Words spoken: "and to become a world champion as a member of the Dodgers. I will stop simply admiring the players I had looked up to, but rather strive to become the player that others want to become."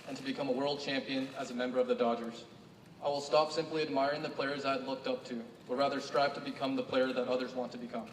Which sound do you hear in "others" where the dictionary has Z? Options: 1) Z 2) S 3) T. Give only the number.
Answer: 1